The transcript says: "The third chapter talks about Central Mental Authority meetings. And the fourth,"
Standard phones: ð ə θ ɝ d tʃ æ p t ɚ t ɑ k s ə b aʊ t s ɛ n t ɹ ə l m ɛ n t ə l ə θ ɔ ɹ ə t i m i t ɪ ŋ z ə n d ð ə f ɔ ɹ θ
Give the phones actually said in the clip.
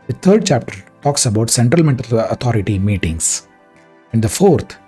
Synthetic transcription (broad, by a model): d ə t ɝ d tʃ æ p t ɚ t ɑ k s ə b aʊ t s ɛ n t ɹ ə l m ɛ n t ə l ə t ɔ ɹ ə t i m i t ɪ ŋ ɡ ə n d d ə f ɔ ɹ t